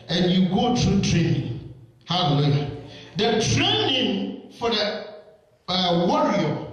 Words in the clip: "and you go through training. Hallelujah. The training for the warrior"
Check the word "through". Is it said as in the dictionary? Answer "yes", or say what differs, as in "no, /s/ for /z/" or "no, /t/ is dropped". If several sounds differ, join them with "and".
no, /t/ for /θ/